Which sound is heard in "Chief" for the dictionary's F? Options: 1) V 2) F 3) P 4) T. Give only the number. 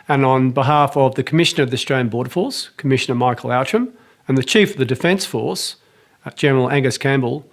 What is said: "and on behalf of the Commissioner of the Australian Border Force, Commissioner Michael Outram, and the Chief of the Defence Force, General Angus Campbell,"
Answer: 2